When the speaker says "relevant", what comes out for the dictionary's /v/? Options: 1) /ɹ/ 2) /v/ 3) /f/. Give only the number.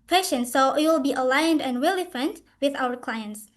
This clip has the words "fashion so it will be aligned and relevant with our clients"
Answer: 3